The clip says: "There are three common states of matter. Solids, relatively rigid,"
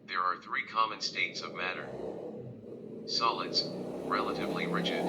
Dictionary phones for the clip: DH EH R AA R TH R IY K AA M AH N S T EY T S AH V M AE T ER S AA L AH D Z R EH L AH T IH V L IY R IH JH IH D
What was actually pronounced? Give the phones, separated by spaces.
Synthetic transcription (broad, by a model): DH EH R AA R TH R IY K AA M AH N S T EY T S AH V M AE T ER S AA L AH D Z R EH L AH T IH V L IY R IH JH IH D